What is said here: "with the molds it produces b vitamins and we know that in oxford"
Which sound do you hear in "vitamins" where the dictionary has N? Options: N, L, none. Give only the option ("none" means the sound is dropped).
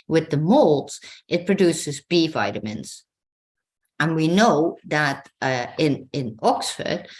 N